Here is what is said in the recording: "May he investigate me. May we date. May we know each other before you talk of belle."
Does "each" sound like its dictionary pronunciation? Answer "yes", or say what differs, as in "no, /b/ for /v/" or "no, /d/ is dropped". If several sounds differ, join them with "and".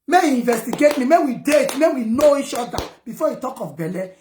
no, /ʃ/ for /tʃ/